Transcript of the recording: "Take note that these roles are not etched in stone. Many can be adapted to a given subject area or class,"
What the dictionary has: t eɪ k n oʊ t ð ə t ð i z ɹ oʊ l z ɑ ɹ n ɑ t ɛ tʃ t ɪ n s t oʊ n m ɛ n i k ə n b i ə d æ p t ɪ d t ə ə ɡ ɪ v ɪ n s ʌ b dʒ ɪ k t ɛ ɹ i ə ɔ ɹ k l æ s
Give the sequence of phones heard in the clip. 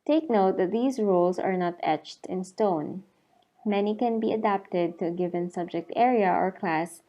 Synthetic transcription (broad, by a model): t eɪ k n oʊ t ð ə t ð i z ɹ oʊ l s ɑ ɹ n ɑ t ɛ tʃ t ɪ n s t oʊ n m ɛ n i k ə n b i ə d æ p t ɪ d t ə ə ɡ ɪ v ɪ n s ʌ b dʒ ɪ k t ɛ ɹ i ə ɔ ɹ k l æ s